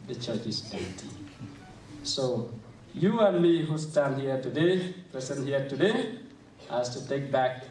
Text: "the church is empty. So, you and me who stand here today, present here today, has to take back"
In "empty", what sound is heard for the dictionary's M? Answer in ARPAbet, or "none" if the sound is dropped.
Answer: none